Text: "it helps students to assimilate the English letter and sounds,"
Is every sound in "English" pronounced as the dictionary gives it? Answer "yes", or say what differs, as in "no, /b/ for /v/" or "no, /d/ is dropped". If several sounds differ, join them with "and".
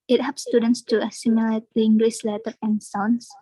no, /s/ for /ʃ/